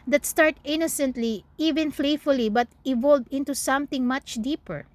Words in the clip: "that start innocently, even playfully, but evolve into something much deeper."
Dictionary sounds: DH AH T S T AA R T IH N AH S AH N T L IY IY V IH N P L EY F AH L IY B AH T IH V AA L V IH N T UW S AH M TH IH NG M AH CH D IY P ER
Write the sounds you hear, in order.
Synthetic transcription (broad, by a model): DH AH T S T AA R T IH N AH S AH N T L IY IY V IH N F L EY F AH L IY B AH T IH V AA L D IH N T UW S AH M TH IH NG M AH CH D IY P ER